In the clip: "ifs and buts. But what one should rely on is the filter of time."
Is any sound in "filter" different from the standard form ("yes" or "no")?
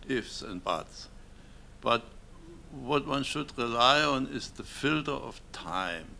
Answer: no